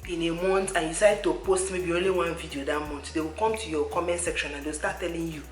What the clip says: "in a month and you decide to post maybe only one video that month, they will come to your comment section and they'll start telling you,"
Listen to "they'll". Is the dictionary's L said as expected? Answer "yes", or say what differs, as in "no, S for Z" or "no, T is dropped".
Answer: no, W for L